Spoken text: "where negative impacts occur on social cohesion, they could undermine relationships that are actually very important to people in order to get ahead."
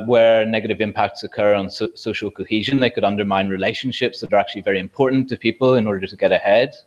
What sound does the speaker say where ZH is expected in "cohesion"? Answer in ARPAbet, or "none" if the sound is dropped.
ZH